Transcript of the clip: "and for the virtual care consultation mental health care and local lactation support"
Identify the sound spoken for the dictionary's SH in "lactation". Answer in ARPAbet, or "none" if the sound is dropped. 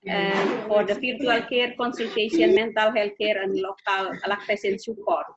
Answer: S